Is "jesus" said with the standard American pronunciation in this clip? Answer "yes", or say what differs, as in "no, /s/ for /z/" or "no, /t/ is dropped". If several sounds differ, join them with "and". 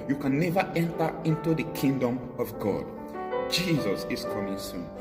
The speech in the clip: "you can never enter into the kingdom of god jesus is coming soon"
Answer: yes